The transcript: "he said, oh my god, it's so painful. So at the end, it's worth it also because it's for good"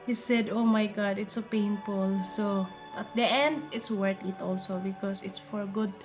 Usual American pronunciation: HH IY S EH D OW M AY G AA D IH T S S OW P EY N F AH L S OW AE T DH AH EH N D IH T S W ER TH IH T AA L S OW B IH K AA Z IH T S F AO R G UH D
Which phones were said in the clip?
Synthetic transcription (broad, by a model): HH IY S EH D OW M AY G AA D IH T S S OW P EY N F AH L S OW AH T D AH EH N D IH T S W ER T IH T AA L S OW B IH K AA S IH T S F AO R G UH D